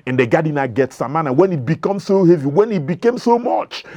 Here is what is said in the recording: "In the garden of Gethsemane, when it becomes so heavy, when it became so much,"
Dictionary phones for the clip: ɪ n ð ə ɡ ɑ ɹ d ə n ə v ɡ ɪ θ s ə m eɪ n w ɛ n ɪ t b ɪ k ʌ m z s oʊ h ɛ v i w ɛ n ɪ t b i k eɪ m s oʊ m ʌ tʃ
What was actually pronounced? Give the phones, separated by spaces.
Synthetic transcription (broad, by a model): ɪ n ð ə ɡ ɑ d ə n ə ɡ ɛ t s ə m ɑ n w ɛ n ɪ t b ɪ k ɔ m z s oʊ h ɛ v i w ɛ n ɪ t b i k eɪ m s oʊ m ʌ tʃ